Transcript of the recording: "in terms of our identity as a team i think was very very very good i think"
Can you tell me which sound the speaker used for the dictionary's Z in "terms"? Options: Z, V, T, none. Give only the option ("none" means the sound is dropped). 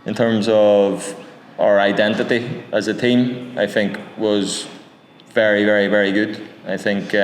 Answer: Z